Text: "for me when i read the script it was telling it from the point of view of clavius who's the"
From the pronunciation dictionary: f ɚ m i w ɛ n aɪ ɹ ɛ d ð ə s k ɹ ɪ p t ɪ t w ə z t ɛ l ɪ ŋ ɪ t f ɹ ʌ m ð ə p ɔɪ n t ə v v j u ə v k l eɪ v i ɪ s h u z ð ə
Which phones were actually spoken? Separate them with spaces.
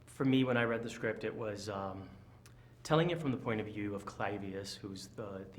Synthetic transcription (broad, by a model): f ɚ m i w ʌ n aɪ ɹ ɛ d ð ə s k ɹ ɪ p t ɪ t w ə z t ɛ l ɪ ŋ ɪ t f ɹ ʌ m ð ə p ɔɪ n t ə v v j u ə v k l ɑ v i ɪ s h u z ð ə